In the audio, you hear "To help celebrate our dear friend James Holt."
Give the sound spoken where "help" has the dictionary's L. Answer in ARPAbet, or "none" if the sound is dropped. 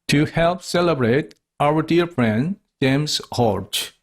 L